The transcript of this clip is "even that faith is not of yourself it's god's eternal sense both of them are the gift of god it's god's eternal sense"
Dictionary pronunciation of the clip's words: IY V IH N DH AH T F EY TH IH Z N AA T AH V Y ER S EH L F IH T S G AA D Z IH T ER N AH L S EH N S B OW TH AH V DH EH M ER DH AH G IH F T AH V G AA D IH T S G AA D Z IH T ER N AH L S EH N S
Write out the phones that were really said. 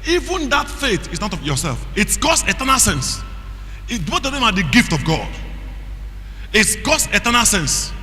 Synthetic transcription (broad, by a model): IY V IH N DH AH T F EY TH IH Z N AA T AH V Y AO S EH L F IH T S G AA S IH T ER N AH L S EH N S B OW T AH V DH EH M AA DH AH G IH F T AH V G AA D IH T S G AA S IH T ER N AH L S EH N S